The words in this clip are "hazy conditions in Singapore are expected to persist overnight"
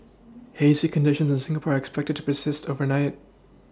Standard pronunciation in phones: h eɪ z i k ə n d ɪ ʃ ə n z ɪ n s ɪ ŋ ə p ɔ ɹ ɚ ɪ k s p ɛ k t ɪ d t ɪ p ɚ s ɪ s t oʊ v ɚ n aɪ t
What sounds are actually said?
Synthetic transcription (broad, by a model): h eɪ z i k ə n d ɪ ʃ ə n z ɪ n s ɪ ŋ ə p ɔ ɹ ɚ ɪ k s p ɛ k t ɪ d t ɪ p ɚ s ɪ s t oʊ v ɚ n aɪ t